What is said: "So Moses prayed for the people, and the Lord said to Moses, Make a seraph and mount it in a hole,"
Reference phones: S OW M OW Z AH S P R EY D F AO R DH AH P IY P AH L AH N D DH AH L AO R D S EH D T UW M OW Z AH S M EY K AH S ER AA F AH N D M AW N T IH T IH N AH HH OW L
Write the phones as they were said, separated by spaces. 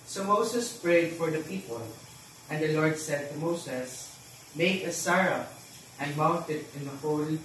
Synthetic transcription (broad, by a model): S OW M OW S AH S P R EY D F AO R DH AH P IY P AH L AH N D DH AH L AO R D S EH D T UW M OW S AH S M EY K AH S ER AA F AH N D M AW N T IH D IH N AH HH OW L